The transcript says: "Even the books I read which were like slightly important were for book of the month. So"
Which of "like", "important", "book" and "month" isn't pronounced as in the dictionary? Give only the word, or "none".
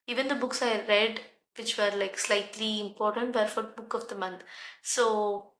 month